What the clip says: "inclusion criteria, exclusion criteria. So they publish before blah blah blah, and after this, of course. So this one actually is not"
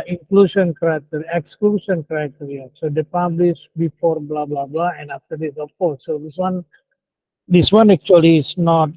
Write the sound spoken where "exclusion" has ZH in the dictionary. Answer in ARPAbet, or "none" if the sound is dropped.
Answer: S